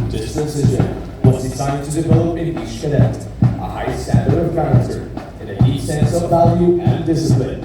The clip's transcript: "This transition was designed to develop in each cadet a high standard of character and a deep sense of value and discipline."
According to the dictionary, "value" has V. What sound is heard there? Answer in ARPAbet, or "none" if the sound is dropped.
V